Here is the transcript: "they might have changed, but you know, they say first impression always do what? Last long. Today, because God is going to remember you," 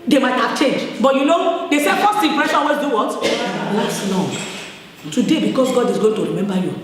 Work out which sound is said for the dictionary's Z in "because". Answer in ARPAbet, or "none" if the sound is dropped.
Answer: S